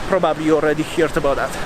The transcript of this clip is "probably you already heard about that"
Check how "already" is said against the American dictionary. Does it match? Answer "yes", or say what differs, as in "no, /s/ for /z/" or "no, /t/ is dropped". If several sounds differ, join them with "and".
yes